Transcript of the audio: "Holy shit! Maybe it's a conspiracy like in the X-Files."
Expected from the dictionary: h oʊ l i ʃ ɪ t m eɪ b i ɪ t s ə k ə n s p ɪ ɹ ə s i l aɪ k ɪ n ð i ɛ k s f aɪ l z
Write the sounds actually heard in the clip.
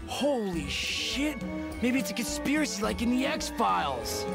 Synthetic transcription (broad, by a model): h oʊ l i ʃ ɪ t m eɪ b i ɪ t s ə k ə n s p ɪ ɹ ə s i l aɪ k ɪ n ð i ɛ k s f aɪ l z